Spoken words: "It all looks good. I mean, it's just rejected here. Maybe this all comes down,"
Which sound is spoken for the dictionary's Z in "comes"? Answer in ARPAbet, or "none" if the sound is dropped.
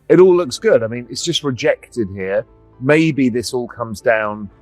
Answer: Z